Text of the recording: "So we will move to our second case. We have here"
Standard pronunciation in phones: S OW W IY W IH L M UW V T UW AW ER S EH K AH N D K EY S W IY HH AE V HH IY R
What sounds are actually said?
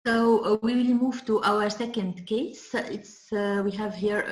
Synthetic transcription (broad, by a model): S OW W IY W IH L M UW V T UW AW ER S EH K AH N D K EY S W IY HH AE V HH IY R